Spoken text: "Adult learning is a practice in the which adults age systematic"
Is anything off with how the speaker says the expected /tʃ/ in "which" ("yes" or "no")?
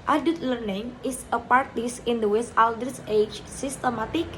yes